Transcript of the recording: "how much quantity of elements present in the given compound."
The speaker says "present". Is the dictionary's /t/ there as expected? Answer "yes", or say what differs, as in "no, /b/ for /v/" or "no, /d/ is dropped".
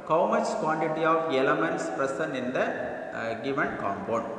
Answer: no, /t/ is dropped